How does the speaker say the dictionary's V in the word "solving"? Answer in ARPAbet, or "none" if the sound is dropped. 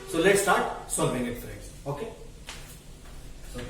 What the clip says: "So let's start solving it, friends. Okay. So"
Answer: B